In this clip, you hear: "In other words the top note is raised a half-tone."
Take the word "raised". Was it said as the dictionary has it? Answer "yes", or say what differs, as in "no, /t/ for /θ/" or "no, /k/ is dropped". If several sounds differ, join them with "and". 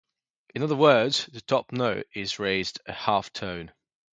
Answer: yes